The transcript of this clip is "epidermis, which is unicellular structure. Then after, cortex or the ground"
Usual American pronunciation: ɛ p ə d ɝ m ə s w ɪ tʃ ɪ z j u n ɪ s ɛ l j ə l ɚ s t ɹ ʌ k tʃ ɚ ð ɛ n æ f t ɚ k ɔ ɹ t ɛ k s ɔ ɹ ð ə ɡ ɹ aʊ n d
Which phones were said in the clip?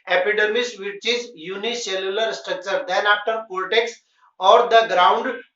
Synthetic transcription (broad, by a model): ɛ p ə d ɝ m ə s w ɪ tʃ ɪ z j u n ɪ s ɛ l j ə l ɚ s t ɹ ʌ k tʃ ɚ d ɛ n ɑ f t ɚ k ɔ l t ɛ k s ɔ ɹ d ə ɡ ɹ aʊ n d